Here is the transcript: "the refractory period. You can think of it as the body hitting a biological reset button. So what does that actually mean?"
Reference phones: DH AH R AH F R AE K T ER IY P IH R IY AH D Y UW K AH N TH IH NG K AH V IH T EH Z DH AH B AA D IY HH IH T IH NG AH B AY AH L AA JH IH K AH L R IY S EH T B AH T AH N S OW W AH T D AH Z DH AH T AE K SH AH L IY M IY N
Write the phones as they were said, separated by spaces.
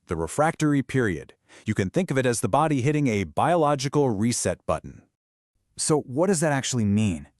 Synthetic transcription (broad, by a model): DH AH R AH F R AE K T ER IY P IH R IY AH D Y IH K AH N TH IH NG K AH V IH T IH Z DH AH B AA D IY HH IH T IH NG AH B AY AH L AA JH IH K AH L R IY S EH T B AH T N S OW W AH T D AH Z DH AH T AE K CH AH L IY M IY N